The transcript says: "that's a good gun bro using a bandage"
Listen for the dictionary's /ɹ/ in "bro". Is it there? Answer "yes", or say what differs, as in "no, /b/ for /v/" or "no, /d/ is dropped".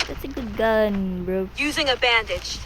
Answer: yes